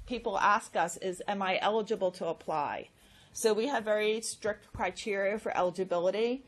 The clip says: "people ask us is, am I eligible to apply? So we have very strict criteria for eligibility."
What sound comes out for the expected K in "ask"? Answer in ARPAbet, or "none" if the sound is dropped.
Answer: K